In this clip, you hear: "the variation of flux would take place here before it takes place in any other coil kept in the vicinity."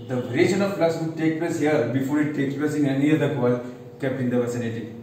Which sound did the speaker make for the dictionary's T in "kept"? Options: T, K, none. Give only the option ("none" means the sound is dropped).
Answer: none